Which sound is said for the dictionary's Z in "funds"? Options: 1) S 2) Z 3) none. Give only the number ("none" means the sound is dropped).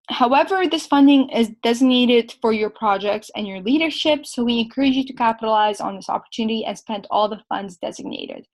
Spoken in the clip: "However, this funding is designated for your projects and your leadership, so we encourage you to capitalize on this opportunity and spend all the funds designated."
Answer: 2